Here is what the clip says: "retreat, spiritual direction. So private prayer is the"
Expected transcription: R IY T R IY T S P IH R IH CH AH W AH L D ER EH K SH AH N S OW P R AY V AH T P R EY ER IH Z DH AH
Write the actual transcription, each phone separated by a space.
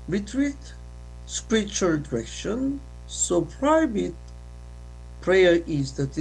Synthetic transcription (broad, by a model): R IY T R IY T S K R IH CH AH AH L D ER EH K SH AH N S OW P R AY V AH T P R EY ER IH Z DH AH